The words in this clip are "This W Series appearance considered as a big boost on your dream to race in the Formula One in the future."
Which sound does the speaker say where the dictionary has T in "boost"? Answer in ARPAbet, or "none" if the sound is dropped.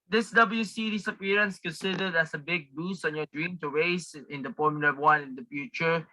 none